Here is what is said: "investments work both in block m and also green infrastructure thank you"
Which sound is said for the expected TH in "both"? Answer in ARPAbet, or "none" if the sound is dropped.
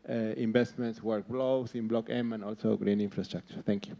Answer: S